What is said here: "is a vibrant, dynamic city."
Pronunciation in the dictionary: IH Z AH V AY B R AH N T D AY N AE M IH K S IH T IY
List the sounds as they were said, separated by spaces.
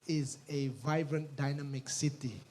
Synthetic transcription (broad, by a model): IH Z AH V AY B R AH N T D AY N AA M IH K S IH T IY